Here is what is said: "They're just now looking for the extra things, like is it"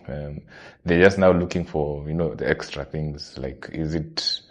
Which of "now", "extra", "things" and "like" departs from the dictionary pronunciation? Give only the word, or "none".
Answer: none